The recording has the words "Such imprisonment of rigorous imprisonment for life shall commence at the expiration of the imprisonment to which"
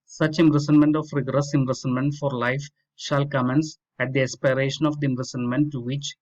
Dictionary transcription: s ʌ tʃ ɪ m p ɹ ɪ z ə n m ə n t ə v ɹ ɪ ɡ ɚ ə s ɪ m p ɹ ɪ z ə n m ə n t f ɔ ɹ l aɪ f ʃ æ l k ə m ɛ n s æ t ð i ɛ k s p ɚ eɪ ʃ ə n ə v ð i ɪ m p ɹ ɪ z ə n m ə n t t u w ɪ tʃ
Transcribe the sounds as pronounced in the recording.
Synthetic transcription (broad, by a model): s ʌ tʃ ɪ m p ɹ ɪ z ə n m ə n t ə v ɹ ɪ ɡ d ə s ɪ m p ɹ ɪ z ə n m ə n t f ɔ ɹ l aɪ f ʃ æ l k ə m ɛ n s æ t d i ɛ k s p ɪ eɪ ʃ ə n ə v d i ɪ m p ɹ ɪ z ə n m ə n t t u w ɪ tʃ